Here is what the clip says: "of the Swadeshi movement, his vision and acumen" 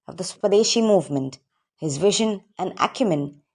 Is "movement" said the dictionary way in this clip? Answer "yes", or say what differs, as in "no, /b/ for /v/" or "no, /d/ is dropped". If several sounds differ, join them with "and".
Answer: yes